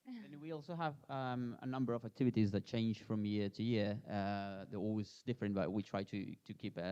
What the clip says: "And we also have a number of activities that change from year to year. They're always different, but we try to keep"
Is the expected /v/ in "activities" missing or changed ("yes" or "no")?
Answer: no